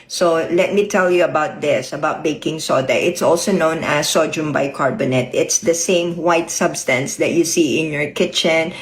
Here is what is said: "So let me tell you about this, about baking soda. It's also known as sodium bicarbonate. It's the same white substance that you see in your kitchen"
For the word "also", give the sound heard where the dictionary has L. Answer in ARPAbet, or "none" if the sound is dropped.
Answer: L